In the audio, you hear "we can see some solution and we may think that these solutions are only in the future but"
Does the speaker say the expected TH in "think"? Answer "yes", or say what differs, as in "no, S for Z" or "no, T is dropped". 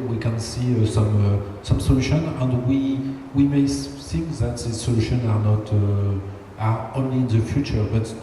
no, S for TH